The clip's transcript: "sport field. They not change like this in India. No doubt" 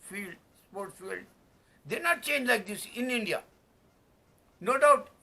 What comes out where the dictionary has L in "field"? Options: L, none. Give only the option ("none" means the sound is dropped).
L